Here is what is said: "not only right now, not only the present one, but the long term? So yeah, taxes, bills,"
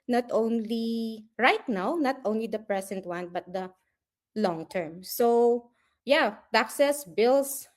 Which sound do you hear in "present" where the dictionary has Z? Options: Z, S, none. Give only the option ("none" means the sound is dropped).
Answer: S